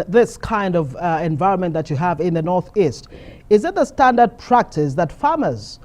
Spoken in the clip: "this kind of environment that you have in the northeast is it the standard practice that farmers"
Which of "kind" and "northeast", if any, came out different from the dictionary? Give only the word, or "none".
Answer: none